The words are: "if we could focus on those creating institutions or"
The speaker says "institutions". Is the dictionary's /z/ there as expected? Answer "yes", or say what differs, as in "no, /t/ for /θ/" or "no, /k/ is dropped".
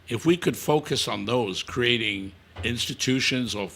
yes